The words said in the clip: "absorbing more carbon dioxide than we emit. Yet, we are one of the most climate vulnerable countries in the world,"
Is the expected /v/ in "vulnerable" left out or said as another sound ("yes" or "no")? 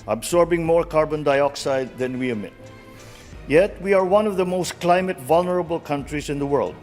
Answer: no